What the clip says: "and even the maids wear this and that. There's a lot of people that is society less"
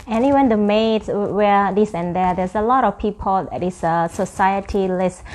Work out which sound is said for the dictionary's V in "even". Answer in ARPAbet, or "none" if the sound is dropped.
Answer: W